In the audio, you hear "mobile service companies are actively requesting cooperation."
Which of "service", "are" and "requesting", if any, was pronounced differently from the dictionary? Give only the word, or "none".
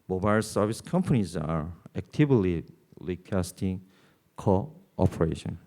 requesting